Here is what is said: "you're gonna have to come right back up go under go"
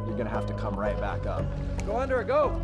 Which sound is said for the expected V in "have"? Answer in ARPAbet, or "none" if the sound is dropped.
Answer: F